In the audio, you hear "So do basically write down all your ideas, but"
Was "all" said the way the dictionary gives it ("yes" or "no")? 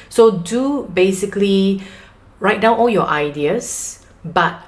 yes